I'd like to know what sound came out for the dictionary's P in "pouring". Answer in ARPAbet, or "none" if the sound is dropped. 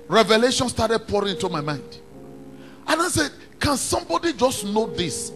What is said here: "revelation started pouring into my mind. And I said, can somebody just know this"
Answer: P